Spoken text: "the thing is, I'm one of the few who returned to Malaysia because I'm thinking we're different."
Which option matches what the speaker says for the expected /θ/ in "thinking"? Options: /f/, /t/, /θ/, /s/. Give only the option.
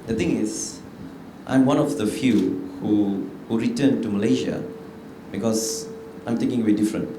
/t/